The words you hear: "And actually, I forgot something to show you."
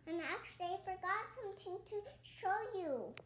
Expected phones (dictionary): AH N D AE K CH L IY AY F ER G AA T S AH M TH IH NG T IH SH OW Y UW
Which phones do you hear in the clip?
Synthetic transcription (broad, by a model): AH N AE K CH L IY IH F ER G AA T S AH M T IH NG T IH SH OW Y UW